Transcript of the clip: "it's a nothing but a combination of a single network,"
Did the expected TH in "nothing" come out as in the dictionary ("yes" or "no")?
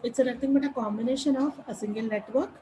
no